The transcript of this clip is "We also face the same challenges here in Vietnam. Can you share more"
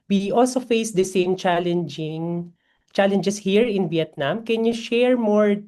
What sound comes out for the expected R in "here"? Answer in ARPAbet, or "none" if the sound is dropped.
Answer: R